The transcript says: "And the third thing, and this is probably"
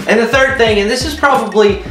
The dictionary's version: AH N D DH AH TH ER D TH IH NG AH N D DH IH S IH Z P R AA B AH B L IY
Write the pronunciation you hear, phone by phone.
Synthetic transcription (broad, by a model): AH N DH AH TH ER D TH IH NG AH N DH IH S IH Z P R AA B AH B L IY